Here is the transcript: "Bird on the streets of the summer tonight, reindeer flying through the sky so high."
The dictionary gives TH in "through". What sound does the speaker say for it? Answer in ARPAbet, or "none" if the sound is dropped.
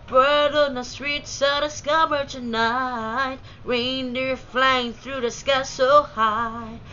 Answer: TH